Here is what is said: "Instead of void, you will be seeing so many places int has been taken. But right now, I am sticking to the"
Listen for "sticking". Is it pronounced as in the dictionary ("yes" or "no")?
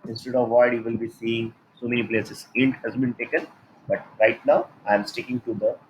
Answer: yes